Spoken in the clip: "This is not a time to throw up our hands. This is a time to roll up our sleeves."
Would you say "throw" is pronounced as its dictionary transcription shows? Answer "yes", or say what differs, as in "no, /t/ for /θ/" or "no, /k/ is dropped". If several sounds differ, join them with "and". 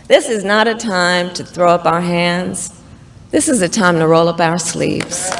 yes